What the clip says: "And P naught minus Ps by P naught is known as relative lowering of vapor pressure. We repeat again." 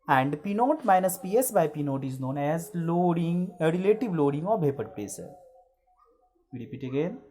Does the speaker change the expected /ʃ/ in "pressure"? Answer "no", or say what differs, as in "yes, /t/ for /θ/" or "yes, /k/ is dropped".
yes, /s/ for /ʃ/